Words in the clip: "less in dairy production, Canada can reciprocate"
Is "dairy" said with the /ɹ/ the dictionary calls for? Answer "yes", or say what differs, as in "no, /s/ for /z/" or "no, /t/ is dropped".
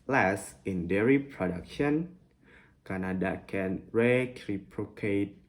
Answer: yes